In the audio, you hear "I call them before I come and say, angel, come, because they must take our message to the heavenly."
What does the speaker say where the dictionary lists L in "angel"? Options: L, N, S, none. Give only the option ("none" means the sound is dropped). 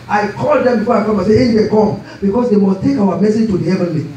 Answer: N